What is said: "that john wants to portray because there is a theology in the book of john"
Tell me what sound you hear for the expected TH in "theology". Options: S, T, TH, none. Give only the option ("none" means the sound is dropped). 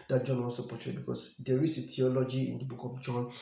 T